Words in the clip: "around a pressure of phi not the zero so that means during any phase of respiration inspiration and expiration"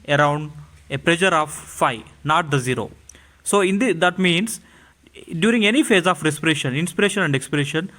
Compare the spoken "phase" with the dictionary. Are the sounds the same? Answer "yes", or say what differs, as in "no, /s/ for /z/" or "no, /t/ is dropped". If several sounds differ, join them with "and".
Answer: yes